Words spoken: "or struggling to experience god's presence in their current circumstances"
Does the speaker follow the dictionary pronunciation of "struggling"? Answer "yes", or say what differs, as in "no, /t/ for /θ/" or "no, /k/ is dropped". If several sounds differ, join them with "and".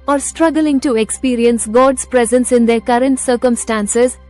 yes